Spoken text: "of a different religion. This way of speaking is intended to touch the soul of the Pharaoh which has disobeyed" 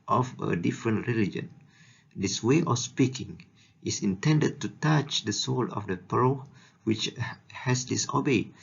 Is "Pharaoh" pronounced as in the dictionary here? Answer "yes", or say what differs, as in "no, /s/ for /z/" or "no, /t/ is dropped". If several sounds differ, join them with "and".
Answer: no, /p/ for /f/